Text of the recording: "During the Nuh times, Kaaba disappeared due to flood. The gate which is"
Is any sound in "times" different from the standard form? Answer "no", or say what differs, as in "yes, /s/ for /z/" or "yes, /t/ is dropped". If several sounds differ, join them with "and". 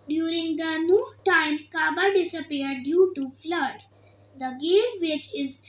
yes, /z/ is dropped